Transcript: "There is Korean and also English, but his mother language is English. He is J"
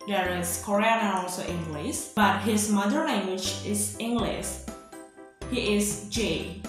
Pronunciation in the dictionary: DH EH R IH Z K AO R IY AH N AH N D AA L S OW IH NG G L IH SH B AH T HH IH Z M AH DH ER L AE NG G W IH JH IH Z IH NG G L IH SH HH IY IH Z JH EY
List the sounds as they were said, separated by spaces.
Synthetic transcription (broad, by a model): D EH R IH S K AO R IY AH N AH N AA L S OW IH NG G L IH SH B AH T HH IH S M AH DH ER N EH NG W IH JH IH S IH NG G L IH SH HH IY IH S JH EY